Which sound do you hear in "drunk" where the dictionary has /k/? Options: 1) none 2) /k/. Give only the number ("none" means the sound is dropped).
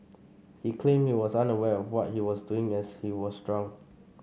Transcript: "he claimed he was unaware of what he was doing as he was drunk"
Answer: 1